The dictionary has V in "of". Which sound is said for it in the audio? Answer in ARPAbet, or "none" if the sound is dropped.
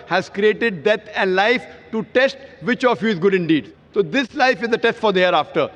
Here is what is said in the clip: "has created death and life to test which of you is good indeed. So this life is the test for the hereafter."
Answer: F